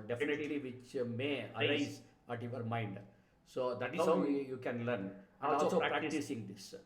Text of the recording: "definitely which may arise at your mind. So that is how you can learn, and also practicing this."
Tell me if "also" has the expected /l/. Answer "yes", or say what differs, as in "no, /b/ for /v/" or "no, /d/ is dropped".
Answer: no, /l/ is dropped